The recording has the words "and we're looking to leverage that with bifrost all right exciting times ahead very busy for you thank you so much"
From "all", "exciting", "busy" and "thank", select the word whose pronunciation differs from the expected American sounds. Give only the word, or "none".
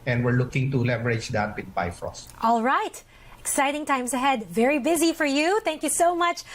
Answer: none